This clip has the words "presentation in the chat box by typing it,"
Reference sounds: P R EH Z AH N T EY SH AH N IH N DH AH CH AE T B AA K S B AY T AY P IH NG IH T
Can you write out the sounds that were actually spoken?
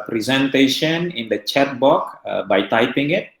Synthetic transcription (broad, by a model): P R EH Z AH N T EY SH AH N IH N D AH CH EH T B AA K B AY T AY P IH NG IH T